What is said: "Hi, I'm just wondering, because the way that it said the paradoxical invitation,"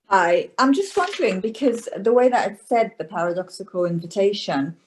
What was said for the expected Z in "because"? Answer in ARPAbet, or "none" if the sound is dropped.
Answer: Z